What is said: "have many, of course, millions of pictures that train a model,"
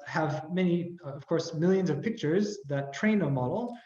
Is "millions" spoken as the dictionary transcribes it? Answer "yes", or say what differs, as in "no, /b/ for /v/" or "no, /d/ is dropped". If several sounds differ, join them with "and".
yes